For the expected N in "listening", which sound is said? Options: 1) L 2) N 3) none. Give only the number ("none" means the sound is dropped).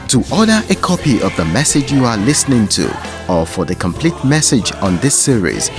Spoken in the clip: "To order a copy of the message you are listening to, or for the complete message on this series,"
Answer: 2